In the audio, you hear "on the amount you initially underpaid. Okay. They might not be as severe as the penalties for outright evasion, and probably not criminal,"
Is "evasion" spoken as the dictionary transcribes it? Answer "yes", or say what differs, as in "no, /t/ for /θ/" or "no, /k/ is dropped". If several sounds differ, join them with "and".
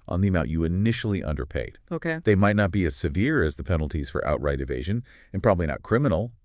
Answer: yes